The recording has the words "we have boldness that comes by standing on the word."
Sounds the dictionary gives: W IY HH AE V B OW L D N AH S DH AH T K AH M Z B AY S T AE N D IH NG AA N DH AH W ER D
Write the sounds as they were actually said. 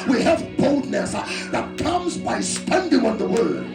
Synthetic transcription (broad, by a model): W IY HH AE V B OW L D N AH S DH AH T K AH M Z B AY S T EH N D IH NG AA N DH AH W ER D